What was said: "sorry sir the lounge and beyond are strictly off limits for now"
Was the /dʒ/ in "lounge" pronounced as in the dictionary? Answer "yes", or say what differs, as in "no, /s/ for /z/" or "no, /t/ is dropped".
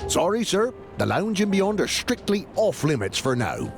yes